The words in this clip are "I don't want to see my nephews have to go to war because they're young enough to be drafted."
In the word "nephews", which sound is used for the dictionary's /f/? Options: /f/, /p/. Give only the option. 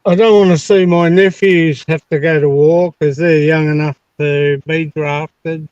/f/